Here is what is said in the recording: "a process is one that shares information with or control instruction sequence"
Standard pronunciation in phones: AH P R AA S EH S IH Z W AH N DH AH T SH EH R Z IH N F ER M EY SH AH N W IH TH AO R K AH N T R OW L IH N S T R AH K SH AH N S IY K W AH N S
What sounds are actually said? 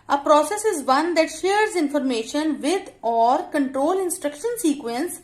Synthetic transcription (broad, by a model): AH P R AA S EH S IH Z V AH N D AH T SH EH R Z IH N F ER M EY SH AH N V IH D AO R K AH N T R OW L IH N S T R AH K SH AH N S IY K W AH N S